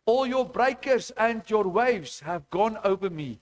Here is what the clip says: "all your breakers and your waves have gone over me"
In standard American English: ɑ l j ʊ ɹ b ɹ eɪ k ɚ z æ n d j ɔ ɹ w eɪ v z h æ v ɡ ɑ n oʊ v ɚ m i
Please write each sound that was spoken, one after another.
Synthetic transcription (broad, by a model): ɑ l j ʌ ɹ b ɹ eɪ k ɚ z æ n d j ɔ ɹ w eɪ v z h æ v ɡ ɑ n oʊ v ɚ m i